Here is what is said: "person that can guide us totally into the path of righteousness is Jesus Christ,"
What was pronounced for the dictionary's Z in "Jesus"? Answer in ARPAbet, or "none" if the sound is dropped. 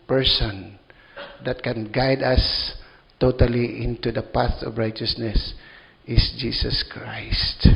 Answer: S